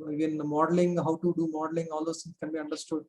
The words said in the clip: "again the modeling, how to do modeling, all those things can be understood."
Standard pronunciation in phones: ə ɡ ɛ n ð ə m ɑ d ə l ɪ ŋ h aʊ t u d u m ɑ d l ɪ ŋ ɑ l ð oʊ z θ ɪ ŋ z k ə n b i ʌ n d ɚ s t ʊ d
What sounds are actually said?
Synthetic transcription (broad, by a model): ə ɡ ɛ n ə m ɑ d ə l ɪ ŋ h aʊ t u d u m ɑ d l ɪ ŋ ɑ l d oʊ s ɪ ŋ k ə n b i ʌ n d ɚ s t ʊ d